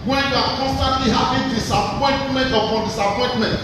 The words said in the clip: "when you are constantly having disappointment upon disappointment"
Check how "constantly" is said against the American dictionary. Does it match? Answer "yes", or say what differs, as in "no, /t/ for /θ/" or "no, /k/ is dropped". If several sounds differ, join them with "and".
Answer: yes